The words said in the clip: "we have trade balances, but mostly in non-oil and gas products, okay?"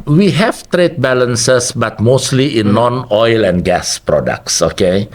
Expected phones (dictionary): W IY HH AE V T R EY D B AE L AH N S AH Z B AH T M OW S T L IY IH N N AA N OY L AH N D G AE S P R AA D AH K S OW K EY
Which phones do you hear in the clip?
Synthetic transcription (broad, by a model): W IY HH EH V T R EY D B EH L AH N S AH S B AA T M OW S T L IY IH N N AA N OY L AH N G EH S P R AA D AH K S OW K EY